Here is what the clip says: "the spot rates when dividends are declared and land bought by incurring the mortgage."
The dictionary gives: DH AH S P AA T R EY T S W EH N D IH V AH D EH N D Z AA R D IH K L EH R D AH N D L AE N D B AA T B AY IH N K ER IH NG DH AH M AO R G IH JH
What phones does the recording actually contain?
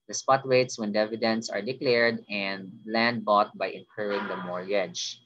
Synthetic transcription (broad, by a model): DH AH S P AA T W EY T S W EH N D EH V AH D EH N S AA R D IH K L EH R D AH N D L AE N D B AA T B AY IH N K ER IH NG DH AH M AO R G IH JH